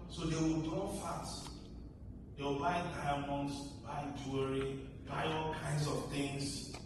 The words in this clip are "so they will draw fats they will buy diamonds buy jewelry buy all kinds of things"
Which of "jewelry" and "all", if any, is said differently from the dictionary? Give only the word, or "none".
jewelry